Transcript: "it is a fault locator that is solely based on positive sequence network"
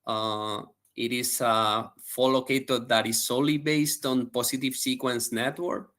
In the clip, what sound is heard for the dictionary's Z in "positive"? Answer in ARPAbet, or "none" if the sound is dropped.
S